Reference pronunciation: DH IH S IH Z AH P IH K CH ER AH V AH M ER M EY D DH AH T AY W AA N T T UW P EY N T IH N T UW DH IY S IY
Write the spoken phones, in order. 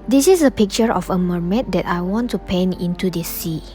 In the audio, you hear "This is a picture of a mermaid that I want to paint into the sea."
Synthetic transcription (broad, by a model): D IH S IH S AH P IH K CH ER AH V AH M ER M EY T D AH T AY W AA N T T UW P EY N IH N T UW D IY S IY